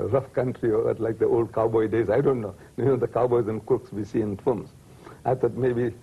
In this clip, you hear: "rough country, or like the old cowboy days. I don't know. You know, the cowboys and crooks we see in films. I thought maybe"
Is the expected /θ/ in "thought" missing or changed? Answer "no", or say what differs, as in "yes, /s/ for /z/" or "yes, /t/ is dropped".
yes, /t/ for /θ/